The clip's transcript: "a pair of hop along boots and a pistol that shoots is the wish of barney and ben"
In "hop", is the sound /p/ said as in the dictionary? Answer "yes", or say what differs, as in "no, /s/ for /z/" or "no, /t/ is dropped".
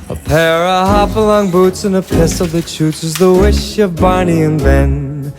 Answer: no, /f/ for /p/